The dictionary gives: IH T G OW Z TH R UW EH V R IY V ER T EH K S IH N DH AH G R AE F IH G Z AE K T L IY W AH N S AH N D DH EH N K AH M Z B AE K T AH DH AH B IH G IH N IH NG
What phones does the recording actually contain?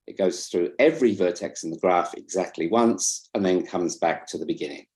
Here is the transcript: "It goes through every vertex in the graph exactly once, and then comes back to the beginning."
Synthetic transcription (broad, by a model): IH T G OW Z TH R UW EH V R IY V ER T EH K S IH N DH AH G R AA F IH G Z AE K T L IY W AH N S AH N DH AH N K AH M Z B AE K T AH DH AH B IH G IH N IH NG